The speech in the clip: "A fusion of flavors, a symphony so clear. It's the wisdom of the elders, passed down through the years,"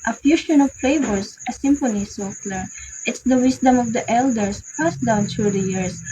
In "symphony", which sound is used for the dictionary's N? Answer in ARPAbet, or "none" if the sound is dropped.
N